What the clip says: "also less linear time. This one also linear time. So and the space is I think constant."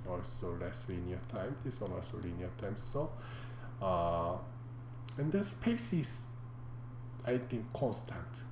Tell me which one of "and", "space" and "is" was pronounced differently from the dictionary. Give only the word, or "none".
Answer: is